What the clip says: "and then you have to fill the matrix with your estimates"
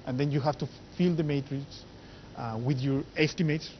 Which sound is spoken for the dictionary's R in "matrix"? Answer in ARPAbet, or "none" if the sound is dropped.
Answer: R